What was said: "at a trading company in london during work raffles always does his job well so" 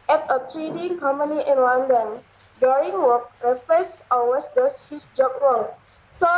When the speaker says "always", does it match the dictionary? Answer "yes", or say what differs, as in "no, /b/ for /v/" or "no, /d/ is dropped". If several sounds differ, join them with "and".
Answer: no, /l/ is dropped